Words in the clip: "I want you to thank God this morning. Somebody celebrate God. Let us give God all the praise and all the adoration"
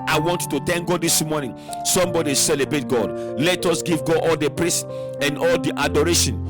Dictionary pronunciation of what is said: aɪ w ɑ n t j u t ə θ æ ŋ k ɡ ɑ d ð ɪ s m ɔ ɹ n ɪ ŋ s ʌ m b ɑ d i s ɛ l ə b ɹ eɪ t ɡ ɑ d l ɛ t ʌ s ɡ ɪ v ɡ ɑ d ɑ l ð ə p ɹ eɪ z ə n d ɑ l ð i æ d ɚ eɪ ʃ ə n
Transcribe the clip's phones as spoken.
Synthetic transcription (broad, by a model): aɪ w ɑ n t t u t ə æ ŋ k ɡ ɑ d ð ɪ s m ɔ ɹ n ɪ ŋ s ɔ m b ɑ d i s ɛ l ə b ɹ eɪ t ɡ ɑ d l ɛ t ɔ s ɡ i v ɡ ɑ d ɑ l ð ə p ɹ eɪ s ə n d ɑ l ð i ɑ d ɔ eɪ ʃ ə n